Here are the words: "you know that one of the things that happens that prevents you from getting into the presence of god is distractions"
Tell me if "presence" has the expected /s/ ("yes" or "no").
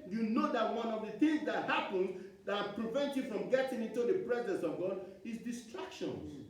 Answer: yes